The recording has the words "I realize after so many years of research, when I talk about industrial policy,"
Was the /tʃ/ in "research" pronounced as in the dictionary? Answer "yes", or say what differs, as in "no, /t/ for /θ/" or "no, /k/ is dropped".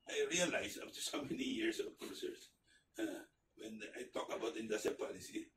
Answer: no, /s/ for /tʃ/